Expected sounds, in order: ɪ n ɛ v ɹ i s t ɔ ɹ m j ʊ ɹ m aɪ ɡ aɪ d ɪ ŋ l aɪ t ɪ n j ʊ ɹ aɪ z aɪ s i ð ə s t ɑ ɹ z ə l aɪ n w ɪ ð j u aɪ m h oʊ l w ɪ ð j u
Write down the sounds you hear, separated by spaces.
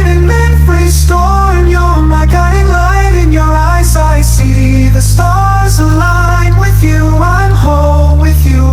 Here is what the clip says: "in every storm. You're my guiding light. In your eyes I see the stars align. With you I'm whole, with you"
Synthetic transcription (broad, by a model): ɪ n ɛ f ɹ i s t ɔ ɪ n j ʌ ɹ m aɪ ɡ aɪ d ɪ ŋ l aɪ t ɪ n j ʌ ɹ aɪ z aɪ s i ð ə s t ɑ ɹ z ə l aɪ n w ɪ ð j u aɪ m h oʊ l w ɪ ð j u